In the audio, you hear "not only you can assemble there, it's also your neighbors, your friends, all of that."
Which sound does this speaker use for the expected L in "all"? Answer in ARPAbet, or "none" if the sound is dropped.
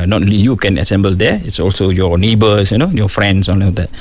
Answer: N